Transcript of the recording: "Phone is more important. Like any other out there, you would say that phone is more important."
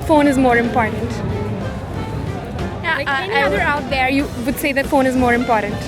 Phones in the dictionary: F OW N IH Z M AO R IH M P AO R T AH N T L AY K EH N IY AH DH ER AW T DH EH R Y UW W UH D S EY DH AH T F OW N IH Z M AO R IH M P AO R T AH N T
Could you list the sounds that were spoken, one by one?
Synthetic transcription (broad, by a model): F OW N IH Z M AO R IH M P AO R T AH N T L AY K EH IY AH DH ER AW T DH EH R Y UW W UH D S EY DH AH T F OW N IH Z M AO R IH M P AO R T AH N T